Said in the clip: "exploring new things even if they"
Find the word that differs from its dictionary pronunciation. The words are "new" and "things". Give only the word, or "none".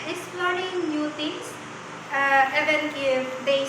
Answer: things